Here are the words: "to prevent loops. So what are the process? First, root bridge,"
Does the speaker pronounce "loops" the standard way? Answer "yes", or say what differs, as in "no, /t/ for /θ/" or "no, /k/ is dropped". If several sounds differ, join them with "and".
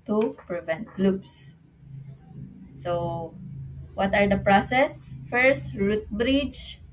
no, /b/ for /p/